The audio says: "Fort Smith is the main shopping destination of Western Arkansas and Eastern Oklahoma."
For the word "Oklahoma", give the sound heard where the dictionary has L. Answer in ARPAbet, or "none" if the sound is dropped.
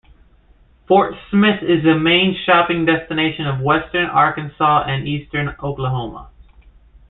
L